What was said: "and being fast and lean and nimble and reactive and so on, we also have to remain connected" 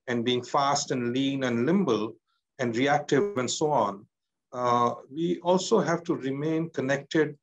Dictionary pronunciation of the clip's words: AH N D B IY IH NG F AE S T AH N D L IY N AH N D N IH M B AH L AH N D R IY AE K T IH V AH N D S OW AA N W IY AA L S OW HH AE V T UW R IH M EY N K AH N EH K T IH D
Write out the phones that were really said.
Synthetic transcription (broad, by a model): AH N D B IY IH NG F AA S T AH N D L IY N AH N D L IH M B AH L AH N D R IY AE K T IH AH N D S OW AA N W IY AA L S OW HH AE V T UW R IH M EY N K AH N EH K T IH D